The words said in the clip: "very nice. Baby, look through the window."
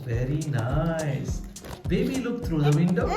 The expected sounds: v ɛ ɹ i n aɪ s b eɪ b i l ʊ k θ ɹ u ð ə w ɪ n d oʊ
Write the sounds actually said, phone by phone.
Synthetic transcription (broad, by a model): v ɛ ɹ i n aɪ s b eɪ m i l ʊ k t ɹ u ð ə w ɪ n d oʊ